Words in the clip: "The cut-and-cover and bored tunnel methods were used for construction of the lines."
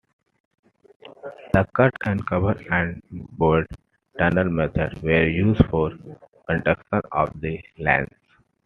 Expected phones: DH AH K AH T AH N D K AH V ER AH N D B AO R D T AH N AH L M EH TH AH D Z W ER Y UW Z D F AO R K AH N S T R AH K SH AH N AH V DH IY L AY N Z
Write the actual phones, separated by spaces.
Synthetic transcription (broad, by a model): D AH K AH T AH N D K AH V ER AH N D B AO R D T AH N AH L M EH T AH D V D Y UW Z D F AO R K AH N T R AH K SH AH N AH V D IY L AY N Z